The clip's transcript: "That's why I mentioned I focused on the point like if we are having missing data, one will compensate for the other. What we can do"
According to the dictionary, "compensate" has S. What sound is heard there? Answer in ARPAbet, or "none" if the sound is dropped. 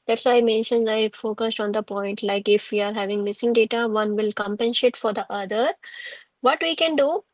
SH